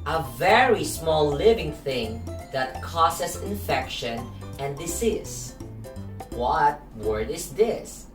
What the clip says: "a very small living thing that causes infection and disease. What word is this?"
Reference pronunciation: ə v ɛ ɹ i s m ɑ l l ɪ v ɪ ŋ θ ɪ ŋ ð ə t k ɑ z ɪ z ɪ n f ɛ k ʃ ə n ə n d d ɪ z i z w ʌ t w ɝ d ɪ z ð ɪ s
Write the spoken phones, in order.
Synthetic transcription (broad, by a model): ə v ɛ ɹ i s m ɑ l l ɪ v ɪ ŋ θ ɪ ŋ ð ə t k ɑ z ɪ s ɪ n f ɛ k ʃ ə n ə n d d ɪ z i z w ʌ t w ɝ d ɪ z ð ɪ s